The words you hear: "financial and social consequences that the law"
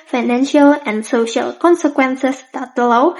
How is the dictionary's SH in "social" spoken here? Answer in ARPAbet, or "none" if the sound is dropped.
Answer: SH